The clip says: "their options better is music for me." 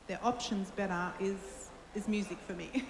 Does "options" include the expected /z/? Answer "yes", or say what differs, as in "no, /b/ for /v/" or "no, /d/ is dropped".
yes